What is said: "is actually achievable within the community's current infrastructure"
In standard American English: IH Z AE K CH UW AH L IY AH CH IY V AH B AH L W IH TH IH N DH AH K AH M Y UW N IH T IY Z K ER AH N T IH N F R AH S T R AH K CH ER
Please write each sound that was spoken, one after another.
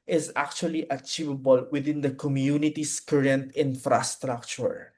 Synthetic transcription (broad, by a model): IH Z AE K CH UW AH L IY AH CH IY V AH B AH L W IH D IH N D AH K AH M Y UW N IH T IY S K ER AH N T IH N F R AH S T R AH K CH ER